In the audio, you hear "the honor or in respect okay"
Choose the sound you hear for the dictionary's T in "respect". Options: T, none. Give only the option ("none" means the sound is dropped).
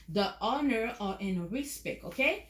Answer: none